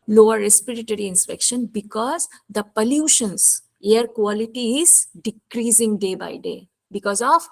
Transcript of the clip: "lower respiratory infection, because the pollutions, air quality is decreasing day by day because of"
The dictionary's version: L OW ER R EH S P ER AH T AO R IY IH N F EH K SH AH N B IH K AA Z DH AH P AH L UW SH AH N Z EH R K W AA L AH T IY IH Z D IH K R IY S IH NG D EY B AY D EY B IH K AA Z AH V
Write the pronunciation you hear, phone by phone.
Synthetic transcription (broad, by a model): L OW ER R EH S P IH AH T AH R IY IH N P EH K SH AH N B IH K AA Z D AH P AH L UW SH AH N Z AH R K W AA L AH T IY IH Z D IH K R IY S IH NG D EY B AY D EY B IH K AA Z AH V